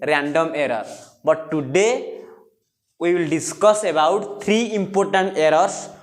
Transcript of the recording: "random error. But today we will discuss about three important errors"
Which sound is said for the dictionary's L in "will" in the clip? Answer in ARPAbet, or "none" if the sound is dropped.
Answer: L